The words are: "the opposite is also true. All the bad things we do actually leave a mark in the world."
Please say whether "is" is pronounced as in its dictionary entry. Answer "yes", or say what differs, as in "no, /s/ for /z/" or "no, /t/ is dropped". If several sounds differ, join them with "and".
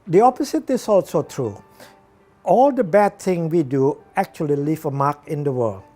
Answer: no, /s/ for /z/